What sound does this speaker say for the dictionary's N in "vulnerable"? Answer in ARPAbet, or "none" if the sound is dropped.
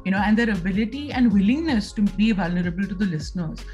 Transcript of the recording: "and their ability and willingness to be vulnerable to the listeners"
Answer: N